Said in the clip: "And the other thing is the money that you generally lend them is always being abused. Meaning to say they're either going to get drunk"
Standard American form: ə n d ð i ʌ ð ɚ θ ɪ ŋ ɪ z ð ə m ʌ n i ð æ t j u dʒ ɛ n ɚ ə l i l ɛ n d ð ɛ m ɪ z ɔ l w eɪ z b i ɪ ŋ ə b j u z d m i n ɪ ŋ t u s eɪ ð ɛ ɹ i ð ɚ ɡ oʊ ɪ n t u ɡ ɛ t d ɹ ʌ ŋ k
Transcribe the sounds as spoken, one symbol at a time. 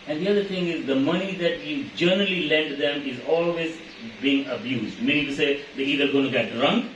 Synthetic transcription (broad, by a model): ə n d i ʌ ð ɚ t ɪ ŋ ɪ z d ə m ʌ n i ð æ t j u dʒ ɛ n ɚ ə l i l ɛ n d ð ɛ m ɪ z ɔ l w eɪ z b i ɪ ŋ ə b j u z d m i n ɪ ŋ t u s eɪ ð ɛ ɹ i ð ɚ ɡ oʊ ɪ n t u ɡ ɛ t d ɹ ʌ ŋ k